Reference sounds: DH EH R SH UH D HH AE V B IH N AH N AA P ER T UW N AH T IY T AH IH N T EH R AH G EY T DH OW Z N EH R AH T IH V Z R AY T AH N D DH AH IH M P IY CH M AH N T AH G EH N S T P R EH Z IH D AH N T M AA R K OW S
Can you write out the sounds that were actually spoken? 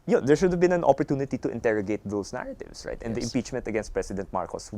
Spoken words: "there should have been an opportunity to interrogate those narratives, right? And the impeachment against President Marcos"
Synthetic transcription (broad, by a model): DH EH R SH UH D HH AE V B IH N AH N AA P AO T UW N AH T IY T AH IH N T EH R AH G EY T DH OW S N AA R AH T IH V S R AY T AH N D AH IH M P IY CH M AH N T AH G EH N S T P R EH S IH D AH N T M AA R K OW S